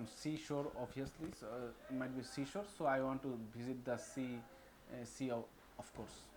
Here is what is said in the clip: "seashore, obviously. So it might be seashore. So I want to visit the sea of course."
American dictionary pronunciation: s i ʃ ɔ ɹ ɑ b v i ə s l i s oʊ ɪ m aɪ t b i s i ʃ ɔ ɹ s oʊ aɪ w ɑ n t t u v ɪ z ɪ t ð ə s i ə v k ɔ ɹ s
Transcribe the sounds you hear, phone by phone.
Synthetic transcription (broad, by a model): s i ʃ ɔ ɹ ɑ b i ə s l i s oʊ m aɪ t b i s i ʃ ɔ ɹ s oʊ aɪ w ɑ n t t u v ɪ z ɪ t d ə s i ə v k ɔ ɹ s